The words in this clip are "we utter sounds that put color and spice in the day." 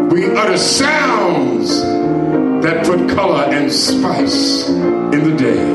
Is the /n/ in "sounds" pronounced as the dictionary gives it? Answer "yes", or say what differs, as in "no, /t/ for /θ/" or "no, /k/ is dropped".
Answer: yes